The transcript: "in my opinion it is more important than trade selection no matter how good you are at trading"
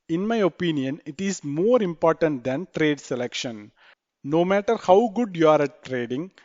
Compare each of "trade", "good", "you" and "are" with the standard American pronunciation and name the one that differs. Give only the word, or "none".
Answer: none